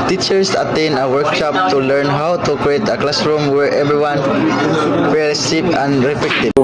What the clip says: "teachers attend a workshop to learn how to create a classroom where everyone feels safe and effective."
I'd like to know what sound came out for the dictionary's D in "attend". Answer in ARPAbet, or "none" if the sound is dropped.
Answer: none